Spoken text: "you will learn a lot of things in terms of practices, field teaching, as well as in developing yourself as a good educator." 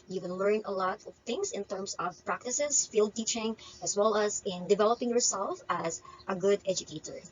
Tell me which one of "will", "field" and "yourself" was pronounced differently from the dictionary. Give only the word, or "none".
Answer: will